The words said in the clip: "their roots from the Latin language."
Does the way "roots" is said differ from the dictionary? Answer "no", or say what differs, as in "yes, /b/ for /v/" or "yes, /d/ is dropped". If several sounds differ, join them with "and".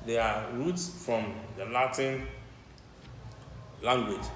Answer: no